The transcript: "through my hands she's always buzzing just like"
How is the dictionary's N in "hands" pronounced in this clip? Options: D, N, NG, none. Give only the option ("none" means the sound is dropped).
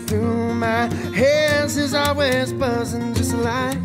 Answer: none